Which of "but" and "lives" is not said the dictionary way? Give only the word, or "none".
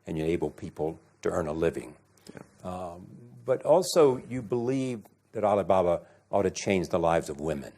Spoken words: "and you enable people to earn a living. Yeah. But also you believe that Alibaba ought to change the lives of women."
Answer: none